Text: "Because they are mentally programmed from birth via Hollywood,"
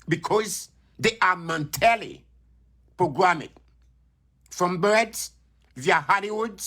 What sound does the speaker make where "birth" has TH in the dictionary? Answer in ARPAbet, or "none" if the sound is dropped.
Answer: S